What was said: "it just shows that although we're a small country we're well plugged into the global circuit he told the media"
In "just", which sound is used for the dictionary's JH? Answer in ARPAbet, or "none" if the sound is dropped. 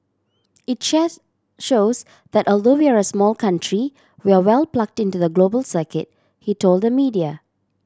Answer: SH